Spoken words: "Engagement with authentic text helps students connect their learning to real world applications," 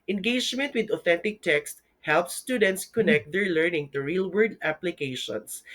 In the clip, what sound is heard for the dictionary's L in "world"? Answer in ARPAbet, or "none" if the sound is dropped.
none